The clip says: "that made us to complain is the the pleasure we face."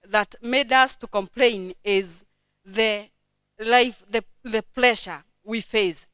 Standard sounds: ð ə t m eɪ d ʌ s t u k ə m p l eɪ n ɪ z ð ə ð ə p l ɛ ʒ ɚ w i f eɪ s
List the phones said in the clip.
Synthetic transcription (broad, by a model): ð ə t m eɪ d ʌ s t u k ə m p l eɪ n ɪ z ð ə ð ə p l ɛ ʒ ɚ w i f eɪ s